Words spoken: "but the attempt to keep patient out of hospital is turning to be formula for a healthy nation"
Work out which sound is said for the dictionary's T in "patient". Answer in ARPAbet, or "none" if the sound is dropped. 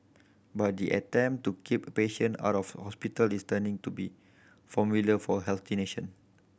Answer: none